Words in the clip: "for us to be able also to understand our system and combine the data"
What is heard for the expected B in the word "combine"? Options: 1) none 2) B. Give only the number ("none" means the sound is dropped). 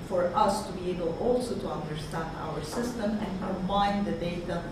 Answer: 1